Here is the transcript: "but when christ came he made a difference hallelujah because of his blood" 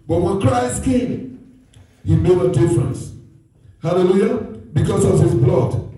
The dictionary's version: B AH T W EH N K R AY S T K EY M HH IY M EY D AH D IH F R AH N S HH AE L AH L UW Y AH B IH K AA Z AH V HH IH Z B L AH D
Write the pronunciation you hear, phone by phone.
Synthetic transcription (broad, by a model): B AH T W EH N K R AY S T K EY M HH IY M EY D AH D IH F R AH N S HH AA L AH L UW Y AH B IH K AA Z AH V HH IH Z B L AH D